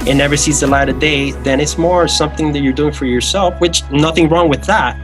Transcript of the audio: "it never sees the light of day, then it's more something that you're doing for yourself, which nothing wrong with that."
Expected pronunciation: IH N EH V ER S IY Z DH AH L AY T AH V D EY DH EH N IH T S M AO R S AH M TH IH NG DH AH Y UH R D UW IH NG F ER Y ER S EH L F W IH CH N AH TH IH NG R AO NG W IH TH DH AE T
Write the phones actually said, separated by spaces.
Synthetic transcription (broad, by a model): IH N EH V ER S IY Z DH AH L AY T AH D EY DH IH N IH T S M AO R S AH M TH IH NG DH AH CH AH R D UW IH NG F ER Y ER S EH L F W IH CH N AH TH IH NG R AO NG W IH DH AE T